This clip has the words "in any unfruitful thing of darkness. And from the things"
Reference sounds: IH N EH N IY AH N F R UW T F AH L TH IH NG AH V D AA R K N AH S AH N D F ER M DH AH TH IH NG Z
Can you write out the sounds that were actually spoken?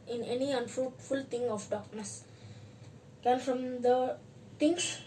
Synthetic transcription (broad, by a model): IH N EH N IY AH N F R UW T F AH L T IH NG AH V D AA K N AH S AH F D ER M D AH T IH NG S